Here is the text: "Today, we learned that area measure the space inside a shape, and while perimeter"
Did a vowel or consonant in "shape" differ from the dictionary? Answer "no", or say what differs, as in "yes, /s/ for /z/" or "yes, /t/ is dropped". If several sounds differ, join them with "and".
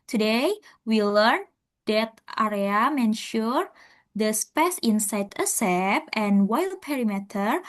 yes, /s/ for /ʃ/